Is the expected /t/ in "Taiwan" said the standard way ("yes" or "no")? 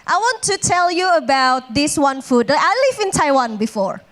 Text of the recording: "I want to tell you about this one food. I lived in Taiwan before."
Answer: yes